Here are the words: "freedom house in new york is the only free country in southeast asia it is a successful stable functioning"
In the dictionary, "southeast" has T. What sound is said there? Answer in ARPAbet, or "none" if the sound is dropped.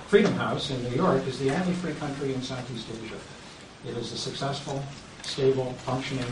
T